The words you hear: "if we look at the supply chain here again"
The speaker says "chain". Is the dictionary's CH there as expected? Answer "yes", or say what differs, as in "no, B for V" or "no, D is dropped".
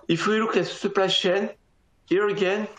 no, SH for CH